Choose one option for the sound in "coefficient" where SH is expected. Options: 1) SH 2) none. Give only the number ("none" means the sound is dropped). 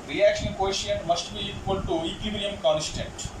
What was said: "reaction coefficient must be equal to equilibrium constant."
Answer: 2